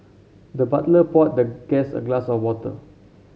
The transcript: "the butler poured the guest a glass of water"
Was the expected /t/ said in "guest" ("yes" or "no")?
no